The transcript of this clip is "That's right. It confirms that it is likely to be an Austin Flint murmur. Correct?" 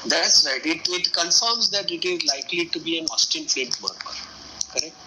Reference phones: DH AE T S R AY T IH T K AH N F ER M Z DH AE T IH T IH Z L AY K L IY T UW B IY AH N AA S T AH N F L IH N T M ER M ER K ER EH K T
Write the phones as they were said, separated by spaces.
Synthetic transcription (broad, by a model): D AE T S R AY T IH T K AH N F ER M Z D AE T IH T IH Z L AY K L IY T UW B IY AH N AA S T AH N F EH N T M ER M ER K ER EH K T